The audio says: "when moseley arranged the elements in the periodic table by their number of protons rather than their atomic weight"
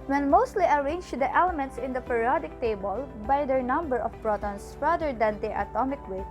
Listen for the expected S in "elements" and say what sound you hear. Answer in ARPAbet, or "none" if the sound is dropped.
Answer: S